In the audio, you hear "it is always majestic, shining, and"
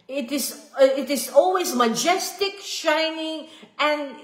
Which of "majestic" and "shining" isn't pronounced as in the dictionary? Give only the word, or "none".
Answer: none